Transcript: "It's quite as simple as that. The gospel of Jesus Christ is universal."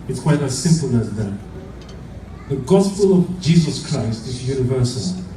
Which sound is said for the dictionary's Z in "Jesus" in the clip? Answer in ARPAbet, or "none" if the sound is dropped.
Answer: Z